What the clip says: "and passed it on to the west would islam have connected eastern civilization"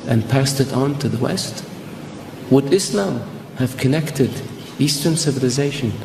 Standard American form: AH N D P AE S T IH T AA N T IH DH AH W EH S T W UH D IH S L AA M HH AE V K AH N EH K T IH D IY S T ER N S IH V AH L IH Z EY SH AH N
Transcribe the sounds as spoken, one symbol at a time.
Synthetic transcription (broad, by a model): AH N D P AE S T IH T N T IH DH AH W EH S T W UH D IH S L AA M HH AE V K AH N EH K T IH D IY S T ER N S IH V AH L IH Z EY SH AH N